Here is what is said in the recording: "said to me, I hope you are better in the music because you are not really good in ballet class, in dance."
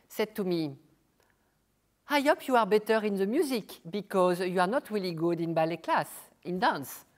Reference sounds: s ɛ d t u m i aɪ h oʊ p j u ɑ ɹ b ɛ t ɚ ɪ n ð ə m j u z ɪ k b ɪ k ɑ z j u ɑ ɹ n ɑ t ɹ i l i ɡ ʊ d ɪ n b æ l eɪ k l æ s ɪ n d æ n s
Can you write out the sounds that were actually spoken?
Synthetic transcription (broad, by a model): s ɛ d t u m i aɪ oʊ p j u ɑ ɹ b ɛ t ɚ ɪ n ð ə m j u z ɪ k b ɪ k ɑ z j u ɑ ɹ n ɑ t ɹ i l i ɡ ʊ d ɪ n b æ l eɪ k l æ s ɪ n d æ n s